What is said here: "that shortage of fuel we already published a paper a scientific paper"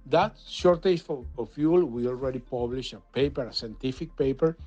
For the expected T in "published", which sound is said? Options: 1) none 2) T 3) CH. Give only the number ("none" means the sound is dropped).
1